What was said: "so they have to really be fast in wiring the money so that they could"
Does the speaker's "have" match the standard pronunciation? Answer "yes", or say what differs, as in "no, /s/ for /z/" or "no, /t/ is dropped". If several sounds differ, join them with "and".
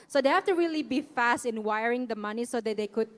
no, /f/ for /v/